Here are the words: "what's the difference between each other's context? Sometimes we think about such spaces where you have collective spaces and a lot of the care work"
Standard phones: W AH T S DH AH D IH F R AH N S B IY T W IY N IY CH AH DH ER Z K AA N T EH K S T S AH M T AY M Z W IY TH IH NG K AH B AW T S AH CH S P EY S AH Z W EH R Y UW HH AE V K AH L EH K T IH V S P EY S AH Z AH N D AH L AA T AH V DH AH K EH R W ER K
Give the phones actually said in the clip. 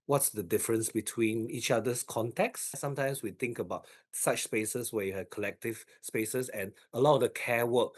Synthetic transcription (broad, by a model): W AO T S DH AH D IH F R AH N S B IY T W IY N IY CH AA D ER S K AA N T EH K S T S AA M T AY M S W IY T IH NG K AH B AW T S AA CH S P EY S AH S W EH Y UW HH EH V K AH L EH K T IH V S P EY S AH S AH N AH L AA T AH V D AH K EH W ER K